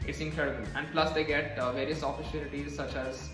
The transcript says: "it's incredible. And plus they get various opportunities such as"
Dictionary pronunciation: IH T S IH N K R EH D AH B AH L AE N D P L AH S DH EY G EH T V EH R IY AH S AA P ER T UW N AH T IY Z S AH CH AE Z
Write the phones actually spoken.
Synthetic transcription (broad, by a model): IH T S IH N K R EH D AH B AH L AE N D P L AH S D EY G EH T V EH R IY AH S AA F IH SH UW L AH T IY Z S AH CH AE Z